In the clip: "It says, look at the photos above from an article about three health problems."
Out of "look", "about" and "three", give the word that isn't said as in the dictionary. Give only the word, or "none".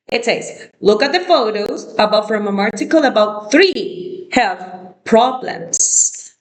none